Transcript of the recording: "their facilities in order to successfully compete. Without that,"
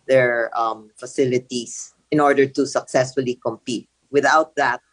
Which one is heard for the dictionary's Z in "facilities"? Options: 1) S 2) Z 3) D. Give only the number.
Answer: 1